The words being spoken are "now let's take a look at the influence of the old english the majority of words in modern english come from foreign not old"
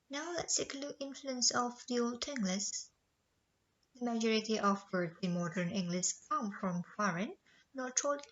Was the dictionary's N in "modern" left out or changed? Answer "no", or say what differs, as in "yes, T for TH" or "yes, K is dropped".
no